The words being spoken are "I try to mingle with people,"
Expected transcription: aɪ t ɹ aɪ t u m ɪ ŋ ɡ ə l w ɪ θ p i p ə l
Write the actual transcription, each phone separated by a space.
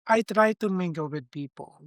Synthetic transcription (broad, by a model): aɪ t ɹ aɪ t u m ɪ ɡ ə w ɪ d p i p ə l